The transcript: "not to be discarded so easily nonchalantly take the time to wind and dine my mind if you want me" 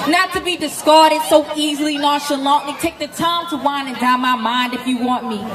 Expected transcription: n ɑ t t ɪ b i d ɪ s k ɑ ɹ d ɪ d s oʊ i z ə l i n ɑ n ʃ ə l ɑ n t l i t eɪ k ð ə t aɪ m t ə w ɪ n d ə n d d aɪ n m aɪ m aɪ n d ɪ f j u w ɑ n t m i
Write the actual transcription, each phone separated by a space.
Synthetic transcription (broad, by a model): n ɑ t t ɪ b i d ɪ s k ɑ ɹ d ɪ d s oʊ i z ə l i n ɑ ʃ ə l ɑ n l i t eɪ k ð ə t aɪ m t ə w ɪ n ə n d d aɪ m aɪ m aɪ n d ɪ f j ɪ w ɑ n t m i